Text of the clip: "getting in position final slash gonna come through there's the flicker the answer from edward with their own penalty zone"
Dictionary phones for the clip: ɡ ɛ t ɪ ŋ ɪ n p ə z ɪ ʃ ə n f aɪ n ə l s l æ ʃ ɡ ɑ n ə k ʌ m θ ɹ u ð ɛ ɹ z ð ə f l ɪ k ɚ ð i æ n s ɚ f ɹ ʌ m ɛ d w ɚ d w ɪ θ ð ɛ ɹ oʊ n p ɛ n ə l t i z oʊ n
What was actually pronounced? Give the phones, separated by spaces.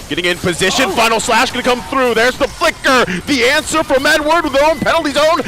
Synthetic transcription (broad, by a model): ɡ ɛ t ɪ ŋ ɪ n p ə z ɪ ʃ ə n f aɪ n l s l æ ʃ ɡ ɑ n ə k ʌ m θ ɹ u ð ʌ ɹ z ð ə f l ɪ k ɚ ð i æ n s ɚ f ɹ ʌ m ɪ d w ɚ d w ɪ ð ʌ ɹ oʊ n p ɛ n l t i z oʊ n